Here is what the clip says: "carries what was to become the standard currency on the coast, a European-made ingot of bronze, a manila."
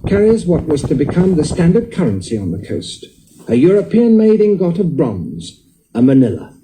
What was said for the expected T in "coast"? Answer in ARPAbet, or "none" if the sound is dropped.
T